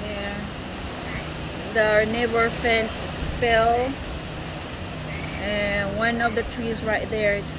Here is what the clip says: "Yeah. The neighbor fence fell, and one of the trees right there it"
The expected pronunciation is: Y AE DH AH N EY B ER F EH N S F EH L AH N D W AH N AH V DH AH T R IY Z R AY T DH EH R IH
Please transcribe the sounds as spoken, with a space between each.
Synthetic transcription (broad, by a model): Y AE DH AH N EY B ER F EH N S P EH L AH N W AH N AH V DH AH T R IY Z R AY T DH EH R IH